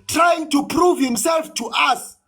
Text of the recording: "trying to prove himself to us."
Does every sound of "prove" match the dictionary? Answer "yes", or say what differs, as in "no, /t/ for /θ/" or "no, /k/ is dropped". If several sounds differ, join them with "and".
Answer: yes